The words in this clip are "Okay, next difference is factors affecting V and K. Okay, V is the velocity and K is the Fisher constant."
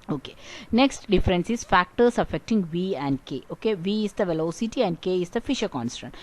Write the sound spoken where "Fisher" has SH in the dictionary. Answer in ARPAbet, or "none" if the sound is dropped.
SH